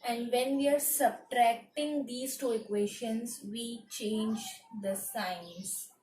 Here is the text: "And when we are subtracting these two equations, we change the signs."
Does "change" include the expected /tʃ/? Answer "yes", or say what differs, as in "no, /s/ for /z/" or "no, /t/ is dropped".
yes